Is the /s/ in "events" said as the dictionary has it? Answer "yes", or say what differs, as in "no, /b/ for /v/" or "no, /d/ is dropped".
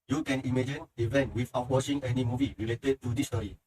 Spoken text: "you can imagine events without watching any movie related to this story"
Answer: no, /s/ is dropped